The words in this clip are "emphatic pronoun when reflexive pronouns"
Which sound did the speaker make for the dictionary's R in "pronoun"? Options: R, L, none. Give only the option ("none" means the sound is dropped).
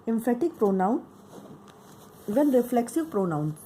R